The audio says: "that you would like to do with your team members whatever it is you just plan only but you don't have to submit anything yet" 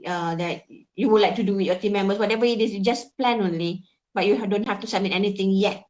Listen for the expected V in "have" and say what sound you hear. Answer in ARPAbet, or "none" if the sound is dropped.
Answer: F